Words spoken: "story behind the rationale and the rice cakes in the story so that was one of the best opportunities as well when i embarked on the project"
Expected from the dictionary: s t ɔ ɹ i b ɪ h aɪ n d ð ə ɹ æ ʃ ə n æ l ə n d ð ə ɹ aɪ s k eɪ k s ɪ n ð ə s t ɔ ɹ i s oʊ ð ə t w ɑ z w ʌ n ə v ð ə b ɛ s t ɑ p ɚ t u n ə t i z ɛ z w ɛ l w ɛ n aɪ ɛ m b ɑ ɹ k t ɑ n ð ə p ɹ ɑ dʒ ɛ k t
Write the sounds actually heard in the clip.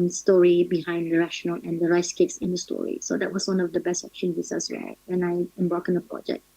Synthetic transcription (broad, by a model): s t ɔ ɹ i b ɪ h aɪ n d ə ɹ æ ʃ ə n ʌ l ə n d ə ɹ aɪ s k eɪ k s ɪ n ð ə s t ɔ ɹ i s oʊ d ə t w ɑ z w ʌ n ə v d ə b ɛ s t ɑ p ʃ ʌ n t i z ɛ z w ɛ l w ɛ n aɪ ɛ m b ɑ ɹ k ɪ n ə p ɹ ɑ dʒ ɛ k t